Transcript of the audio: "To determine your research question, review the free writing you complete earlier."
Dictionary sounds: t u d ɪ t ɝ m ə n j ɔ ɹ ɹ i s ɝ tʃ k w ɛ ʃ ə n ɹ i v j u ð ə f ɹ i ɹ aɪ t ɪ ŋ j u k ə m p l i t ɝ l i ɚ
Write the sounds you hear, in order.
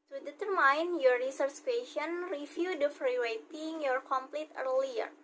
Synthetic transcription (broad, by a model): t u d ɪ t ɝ m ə n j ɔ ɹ ɹ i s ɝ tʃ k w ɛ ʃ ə n ɹ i f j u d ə f ɹ i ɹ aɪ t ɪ ŋ j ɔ k ə m p l i t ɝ l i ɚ